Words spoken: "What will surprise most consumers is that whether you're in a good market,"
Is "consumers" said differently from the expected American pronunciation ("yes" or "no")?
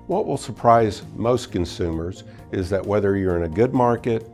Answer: no